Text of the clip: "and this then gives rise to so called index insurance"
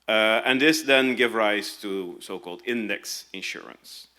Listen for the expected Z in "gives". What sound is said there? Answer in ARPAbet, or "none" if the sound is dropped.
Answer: none